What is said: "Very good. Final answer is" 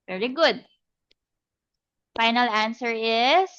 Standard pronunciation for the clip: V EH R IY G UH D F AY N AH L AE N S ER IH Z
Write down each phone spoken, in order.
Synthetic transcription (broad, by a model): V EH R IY G UH D F AY N AH L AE N S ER IH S